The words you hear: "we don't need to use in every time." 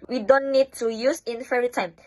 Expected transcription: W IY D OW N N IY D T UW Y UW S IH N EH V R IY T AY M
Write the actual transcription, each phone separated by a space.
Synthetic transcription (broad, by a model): W IY D OW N N IY D T UW Y UW S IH N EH R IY T AY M